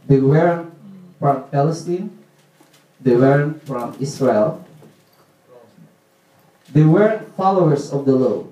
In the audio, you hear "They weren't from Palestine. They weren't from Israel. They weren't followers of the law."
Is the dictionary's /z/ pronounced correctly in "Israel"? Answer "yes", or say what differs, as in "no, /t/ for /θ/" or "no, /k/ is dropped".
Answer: no, /s/ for /z/